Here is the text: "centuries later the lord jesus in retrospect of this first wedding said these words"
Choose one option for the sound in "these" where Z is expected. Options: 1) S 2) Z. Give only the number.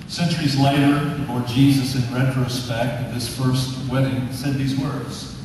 2